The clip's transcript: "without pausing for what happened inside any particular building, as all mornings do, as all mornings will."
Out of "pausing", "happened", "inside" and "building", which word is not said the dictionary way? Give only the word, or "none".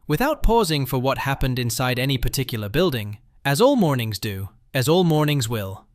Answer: none